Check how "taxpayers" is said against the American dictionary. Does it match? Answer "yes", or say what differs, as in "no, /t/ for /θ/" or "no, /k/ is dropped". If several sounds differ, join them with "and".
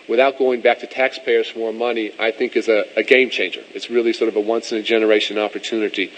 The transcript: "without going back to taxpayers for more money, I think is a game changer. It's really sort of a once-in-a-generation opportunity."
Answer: yes